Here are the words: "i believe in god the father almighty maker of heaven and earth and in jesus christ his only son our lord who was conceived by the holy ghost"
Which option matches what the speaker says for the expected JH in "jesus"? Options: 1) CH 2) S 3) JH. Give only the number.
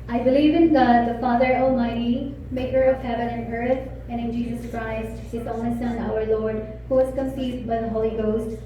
3